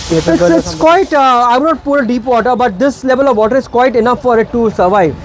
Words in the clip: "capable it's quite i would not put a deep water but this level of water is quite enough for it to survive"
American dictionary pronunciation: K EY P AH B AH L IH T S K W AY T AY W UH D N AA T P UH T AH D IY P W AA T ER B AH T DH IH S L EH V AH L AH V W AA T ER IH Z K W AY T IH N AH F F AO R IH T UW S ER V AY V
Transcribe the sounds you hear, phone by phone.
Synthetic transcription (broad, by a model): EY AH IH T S K W AY T AY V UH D N AA T P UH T AH D IY P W AA T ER B AH T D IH S L EH V AH L AH V AA T ER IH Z K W AY T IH N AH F F AO R IH T UW S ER V AY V